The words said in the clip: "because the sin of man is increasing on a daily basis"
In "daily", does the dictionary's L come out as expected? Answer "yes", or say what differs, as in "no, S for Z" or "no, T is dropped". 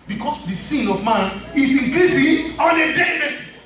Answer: no, L is dropped